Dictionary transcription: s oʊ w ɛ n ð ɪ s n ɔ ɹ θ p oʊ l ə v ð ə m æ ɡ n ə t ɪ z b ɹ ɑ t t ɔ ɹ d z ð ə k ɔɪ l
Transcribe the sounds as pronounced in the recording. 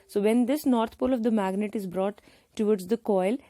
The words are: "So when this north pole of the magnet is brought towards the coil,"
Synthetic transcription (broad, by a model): s oʊ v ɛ n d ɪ s n ɔ ɹ t p oʊ l ə v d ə m æ ɡ n ə t ɪ z b ɹ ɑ t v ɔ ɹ d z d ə k ɔɪ l